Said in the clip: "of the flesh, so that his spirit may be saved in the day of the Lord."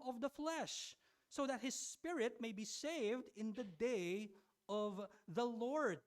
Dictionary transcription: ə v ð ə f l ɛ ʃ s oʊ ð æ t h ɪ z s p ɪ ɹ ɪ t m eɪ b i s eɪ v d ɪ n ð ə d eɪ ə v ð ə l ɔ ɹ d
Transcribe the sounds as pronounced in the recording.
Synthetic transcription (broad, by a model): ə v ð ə f l ɛ ʃ s oʊ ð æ t h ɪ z s p ɪ ɹ ɪ t m eɪ b i s eɪ v d ɪ n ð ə d eɪ ə v ð ə l ɔ ɹ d